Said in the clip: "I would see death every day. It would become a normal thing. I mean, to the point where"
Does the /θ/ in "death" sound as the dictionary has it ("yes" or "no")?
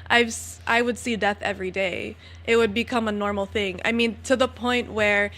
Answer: yes